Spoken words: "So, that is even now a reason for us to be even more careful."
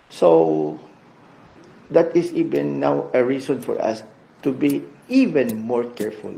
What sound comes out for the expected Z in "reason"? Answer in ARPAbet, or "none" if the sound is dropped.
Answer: S